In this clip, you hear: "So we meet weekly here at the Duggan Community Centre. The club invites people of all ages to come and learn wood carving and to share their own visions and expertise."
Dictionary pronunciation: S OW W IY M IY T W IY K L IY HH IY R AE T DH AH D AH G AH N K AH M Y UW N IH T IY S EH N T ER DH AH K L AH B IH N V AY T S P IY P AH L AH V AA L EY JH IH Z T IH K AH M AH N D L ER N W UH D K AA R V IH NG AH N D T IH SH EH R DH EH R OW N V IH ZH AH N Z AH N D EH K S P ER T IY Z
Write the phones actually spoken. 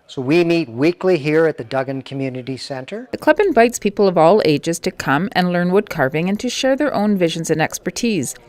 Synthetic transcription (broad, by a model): S OW W IY M IY T W IY K L IY HH IY R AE T DH AH D AH G AH N K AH M Y UW N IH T IY S EH N T ER DH AH K L AH B IH N V AY T S P IY P L AH V AA L EY JH IH Z T IH K AH M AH N L ER N W UH D K AA R V IH NG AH N T IH SH EH R DH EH R OW N V IH ZH AH N Z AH N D EH K S P ER T IY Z